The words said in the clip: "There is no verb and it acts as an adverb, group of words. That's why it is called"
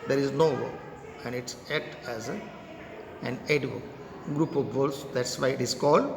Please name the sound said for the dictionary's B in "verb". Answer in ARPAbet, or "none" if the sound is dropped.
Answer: none